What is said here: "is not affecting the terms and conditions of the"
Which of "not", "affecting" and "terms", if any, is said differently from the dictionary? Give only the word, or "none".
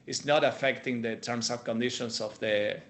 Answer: terms